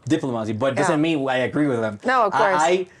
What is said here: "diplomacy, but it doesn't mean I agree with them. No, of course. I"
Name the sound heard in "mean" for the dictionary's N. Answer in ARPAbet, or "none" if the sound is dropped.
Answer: none